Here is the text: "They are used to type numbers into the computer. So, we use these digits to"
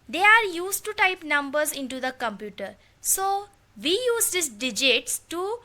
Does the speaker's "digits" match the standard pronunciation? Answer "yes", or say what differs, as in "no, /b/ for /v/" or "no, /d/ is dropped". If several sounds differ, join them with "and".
yes